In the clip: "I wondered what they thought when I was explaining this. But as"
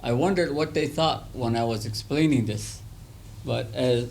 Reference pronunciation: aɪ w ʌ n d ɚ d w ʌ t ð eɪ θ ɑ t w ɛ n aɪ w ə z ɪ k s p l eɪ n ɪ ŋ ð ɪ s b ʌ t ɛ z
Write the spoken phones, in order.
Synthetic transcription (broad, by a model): aɪ w ʌ n d ɚ d w ʌ t ð eɪ θ ɑ t w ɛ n aɪ w ə z ɪ k s p l eɪ n ɪ ŋ ð ɪ s b ʌ t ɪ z